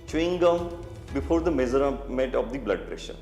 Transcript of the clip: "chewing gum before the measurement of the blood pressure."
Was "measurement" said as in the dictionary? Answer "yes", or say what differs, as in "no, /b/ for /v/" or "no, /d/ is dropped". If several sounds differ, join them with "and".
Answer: no, /z/ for /ʒ/ and /n/ is dropped